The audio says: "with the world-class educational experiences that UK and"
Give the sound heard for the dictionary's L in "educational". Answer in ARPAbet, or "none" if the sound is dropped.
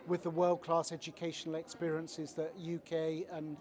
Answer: L